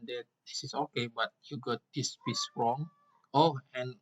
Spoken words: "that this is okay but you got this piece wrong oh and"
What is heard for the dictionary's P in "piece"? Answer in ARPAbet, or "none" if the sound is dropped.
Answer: B